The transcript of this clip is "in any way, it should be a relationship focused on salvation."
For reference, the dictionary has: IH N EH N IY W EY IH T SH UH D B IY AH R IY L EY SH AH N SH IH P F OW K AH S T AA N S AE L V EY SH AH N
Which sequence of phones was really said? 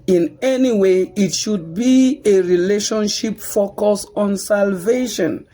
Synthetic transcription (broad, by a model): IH N EH N IY W EY IH T SH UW D B IY AH R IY L EY SH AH N SH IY P F OW K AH S AA N S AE L V EY SH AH N